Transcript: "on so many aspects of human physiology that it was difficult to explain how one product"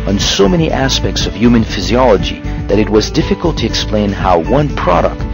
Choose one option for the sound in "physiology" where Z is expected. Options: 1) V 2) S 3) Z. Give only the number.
3